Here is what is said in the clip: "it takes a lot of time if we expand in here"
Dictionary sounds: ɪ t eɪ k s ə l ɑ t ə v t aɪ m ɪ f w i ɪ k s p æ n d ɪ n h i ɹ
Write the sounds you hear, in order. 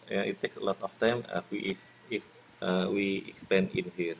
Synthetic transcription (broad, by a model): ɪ t eɪ k s ə l ɑ t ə f t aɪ m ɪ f w i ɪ k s p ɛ n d ɪ n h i ɹ